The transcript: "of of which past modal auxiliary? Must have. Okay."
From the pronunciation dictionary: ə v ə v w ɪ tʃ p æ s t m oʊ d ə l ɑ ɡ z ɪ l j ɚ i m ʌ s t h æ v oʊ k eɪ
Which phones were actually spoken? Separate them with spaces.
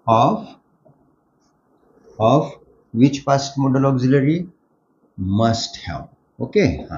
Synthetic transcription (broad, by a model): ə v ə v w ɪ tʃ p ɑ s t m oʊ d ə l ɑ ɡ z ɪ l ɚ i m ʌ s t h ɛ p oʊ k eɪ